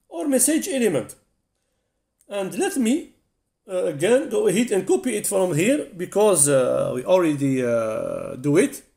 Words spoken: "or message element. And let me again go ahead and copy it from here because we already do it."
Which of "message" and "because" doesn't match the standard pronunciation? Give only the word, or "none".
none